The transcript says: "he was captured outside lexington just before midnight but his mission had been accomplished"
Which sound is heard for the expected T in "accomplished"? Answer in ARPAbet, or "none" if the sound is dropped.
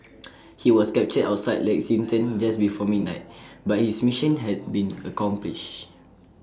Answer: none